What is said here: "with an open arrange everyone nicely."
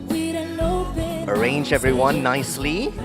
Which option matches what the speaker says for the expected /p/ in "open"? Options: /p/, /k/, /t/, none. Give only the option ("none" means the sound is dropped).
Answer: none